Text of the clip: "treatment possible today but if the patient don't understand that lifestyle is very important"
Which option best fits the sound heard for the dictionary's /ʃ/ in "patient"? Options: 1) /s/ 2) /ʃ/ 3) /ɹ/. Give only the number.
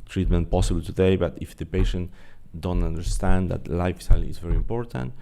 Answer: 2